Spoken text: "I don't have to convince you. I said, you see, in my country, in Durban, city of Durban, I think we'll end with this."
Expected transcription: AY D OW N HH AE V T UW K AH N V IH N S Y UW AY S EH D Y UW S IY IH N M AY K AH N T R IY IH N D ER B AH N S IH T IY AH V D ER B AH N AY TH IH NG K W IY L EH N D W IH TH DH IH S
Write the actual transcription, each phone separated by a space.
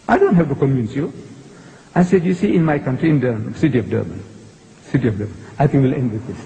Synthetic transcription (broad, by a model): AY D OW N HH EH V T UW K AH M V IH N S Y UW AY S EH D Y UW S IY IH N M AY K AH N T R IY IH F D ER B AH N S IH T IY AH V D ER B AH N AY T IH NG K W IY L EH N D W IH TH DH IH S